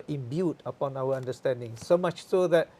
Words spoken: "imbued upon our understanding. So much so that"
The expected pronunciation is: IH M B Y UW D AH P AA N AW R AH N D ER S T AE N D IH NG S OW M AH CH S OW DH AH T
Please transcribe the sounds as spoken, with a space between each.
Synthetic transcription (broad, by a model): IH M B Y UW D AH P AA N AW W AH N D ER S T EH N D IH NG S OW M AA CH S OW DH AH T